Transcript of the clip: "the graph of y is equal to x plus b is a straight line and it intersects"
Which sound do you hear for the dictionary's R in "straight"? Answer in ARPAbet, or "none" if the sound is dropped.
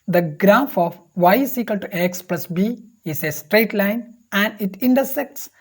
R